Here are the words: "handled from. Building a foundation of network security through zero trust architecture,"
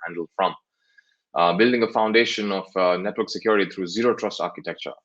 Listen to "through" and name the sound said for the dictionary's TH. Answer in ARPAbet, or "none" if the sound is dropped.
T